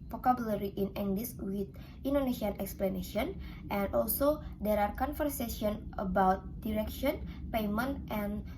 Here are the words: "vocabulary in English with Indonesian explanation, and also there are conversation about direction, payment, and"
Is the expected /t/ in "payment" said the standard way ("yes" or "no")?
yes